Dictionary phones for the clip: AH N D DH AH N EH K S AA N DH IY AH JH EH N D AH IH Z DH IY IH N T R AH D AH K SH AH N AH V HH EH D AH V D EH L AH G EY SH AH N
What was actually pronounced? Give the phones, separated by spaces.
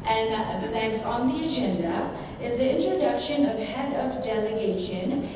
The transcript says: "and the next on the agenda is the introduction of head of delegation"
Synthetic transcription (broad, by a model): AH N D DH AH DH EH S AA N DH IY AH JH EH N D AH IH Z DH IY IH N T R AH D AH K SH AH N AH V HH EH D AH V D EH L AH G EY SH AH N